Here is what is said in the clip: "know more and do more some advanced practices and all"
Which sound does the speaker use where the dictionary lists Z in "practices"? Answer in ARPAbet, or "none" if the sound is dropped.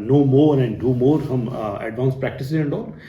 none